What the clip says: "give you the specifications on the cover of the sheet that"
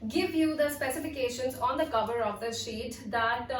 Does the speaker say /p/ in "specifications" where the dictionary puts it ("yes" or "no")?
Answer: yes